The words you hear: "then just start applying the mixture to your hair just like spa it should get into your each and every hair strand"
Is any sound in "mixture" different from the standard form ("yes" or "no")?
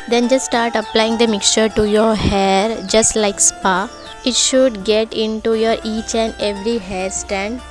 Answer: no